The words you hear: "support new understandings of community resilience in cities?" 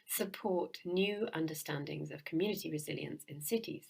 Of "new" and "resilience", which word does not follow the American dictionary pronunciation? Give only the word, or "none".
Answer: none